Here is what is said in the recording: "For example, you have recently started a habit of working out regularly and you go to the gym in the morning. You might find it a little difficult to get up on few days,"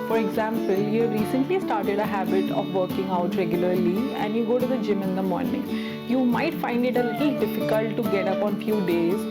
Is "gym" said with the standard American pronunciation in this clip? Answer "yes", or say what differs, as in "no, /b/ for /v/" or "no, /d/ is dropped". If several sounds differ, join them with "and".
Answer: yes